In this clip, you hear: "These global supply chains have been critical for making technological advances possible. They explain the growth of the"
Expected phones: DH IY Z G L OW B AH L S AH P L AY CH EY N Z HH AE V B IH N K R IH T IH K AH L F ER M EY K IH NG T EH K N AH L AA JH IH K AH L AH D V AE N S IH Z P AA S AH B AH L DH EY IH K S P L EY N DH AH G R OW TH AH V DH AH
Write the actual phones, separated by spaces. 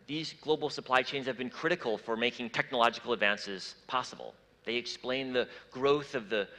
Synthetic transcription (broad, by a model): DH IY Z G L OW B L S AH P L AY CH EY N Z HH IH V B IH N K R IH T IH K L F ER M EY K IH NG T EH K N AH L AA JH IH K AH L AH D V AE N S IH Z P AA S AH B L DH EY IH K S P L EY N DH AH G R OW TH AH V DH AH